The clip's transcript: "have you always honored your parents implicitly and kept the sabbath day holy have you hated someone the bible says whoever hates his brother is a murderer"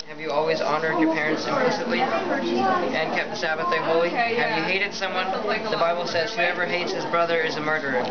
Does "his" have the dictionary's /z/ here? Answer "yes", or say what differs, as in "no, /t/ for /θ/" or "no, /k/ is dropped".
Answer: yes